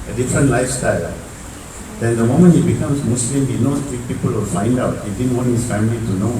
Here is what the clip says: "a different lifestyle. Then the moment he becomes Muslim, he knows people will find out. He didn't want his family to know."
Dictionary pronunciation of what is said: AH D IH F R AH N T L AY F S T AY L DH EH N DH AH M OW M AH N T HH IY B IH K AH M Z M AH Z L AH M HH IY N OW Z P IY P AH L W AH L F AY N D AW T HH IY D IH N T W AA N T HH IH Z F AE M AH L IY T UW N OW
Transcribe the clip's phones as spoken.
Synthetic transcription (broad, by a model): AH D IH F R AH N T L AY F S T AY L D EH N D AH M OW M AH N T HH IY B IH K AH M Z M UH S L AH M HH IY N OW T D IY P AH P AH L F AY N D AW T HH IY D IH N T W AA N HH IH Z F AE M AH L IY T UW N OW